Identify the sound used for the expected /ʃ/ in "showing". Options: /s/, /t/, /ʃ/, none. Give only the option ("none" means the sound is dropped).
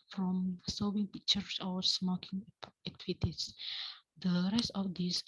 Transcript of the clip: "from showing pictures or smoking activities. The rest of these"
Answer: /s/